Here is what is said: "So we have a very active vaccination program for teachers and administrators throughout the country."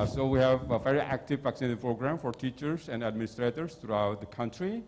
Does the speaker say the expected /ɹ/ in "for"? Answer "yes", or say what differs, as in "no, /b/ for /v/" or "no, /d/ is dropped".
yes